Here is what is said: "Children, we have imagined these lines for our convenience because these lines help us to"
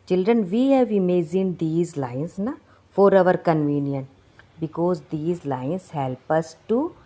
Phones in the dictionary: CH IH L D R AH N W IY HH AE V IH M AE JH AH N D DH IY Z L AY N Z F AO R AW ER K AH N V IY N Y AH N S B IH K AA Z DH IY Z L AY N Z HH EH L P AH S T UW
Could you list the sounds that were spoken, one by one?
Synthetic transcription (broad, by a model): CH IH L D R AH N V IY HH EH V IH M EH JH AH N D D IY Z L AY N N F AO R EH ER K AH N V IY N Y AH N B IH K AA Z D IY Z L AY N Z HH EH L P AH S T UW